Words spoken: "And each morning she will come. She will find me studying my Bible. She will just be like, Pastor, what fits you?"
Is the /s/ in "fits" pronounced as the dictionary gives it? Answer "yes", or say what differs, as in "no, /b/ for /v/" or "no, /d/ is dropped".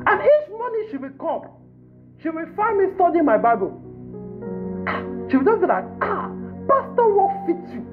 no, /s/ is dropped